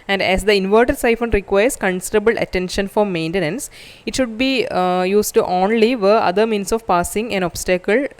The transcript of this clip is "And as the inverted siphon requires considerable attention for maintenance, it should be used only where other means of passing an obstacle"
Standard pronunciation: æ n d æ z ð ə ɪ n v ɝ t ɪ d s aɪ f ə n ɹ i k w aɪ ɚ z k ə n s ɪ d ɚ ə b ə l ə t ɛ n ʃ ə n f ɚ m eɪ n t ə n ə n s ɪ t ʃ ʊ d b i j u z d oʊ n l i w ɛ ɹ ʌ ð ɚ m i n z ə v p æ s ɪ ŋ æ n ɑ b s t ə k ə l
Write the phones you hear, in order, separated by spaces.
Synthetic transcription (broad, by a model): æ n d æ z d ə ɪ n v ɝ t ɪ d s aɪ f ə n ɹ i k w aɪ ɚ s k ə n s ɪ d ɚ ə b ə l ə t ɛ n ʃ ə n f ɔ m eɪ n t ə n ə n s ɪ t ʃ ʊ d b i j u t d oʊ n l i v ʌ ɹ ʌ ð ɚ m i n s ə v p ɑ s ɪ ŋ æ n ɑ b s t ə k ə l